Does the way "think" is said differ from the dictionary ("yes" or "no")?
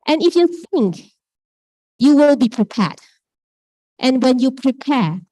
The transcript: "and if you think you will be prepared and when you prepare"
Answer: no